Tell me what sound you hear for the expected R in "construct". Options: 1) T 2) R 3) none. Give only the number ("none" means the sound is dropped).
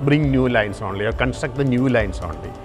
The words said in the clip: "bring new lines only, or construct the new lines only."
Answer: 3